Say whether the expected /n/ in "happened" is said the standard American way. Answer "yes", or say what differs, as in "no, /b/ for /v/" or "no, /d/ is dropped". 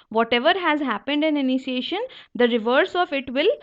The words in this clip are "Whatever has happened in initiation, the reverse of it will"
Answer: yes